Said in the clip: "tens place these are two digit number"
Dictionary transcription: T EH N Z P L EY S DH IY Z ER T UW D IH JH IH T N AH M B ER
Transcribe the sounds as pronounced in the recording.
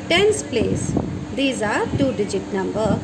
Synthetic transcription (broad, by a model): T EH N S P L EY S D IY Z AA T UW D IH JH IH T N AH M B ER